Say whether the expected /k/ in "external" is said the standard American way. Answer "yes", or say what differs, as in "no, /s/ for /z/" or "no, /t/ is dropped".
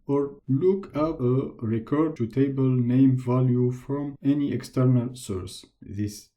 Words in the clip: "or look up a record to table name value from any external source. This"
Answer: yes